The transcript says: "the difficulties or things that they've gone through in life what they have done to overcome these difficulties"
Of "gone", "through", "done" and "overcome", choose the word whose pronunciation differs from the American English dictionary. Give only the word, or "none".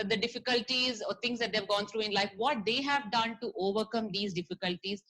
through